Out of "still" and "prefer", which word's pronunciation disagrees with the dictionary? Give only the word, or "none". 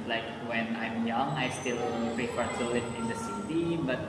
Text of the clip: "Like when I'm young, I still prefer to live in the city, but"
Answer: prefer